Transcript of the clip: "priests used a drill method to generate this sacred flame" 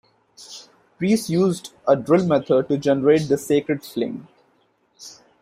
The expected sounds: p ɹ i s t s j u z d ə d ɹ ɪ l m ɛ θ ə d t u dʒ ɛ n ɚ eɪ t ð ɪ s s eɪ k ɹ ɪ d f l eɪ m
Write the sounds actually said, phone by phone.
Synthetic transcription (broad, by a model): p ɹ i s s j u z d ə d ɹ ɪ l m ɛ t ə d t u dʒ ɛ n ɚ eɪ t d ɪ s s eɪ k ɹ ɪ d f l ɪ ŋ